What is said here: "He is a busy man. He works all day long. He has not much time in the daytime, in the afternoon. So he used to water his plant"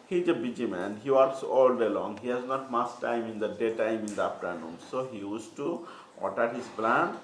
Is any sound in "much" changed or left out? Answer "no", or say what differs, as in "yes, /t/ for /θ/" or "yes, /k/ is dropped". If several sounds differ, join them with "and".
yes, /s/ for /tʃ/